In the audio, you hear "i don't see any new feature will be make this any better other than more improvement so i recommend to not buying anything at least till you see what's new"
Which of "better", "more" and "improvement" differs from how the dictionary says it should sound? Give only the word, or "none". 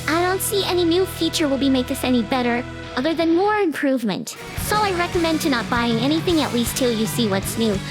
none